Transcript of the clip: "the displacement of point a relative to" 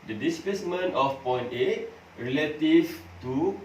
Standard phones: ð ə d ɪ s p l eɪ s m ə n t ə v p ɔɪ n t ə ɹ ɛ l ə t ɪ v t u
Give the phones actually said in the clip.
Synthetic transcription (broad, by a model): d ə d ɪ s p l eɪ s m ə n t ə f p ɔɪ n t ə ɹ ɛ l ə t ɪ f t u